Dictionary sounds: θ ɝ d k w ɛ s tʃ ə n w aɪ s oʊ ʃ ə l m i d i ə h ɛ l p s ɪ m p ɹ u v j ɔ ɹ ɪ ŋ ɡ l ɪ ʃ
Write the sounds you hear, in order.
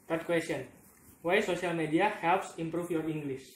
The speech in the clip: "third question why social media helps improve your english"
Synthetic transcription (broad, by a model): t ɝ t k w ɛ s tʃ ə n w aɪ s oʊ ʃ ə l m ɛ d i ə h ɛ l p s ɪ m p ɹ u f j ɔ ɹ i ŋ ɡ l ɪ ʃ